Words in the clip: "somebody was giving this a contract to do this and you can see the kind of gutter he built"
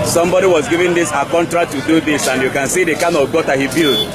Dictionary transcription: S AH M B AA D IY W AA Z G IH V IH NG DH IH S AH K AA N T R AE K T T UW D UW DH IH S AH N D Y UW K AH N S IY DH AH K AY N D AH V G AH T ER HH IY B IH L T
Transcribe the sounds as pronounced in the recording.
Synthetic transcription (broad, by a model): S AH M B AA D IY W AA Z G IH V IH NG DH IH S AH K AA N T R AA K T T UW D UW DH IH S AH N D Y UW K AH N S IY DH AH K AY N AH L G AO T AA HH IY B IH L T